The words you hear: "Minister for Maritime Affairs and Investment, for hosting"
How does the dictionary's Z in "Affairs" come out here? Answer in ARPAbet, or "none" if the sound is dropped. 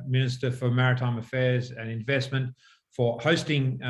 Z